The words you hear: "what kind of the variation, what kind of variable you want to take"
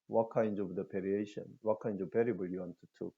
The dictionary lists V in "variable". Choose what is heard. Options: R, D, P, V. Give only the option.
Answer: P